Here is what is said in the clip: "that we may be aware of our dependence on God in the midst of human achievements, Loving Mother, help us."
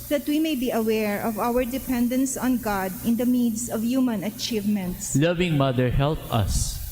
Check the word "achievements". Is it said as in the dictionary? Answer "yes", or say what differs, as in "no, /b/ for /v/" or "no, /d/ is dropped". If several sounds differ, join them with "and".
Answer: yes